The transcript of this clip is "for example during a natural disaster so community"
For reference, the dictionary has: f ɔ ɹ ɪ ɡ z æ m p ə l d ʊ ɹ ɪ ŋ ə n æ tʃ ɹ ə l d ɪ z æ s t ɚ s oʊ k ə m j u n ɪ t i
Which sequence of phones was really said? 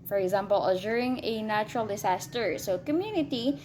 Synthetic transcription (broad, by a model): f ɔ ɹ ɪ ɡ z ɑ m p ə l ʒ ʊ ɹ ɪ ŋ ə n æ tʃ ɹ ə l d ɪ s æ s t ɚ s oʊ k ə m j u n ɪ t i